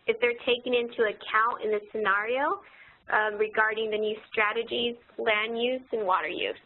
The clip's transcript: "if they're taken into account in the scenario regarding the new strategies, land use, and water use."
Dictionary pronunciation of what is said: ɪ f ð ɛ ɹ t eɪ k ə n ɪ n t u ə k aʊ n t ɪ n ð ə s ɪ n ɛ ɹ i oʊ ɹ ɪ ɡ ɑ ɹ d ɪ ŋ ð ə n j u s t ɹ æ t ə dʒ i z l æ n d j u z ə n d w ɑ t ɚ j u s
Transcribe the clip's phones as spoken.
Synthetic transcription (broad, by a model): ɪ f ð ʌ ɹ t eɪ k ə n ɪ n t u ə k aʊ n t ɪ n ð ə s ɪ n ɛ ɹ i oʊ ɹ ɪ ɡ ɑ ɹ d ɪ ŋ ð ə n j u s t ɹ æ t ə dʒ i z l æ n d j u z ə n w ɑ t ɚ j u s